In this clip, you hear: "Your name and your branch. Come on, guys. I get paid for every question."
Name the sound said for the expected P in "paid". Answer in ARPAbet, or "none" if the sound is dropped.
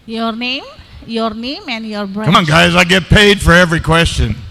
P